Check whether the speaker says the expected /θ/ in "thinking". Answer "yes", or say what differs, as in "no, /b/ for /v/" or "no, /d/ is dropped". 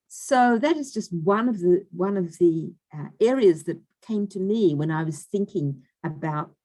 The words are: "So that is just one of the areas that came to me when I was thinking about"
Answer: yes